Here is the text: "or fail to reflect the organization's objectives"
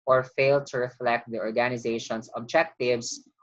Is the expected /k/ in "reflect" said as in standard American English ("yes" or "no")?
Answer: yes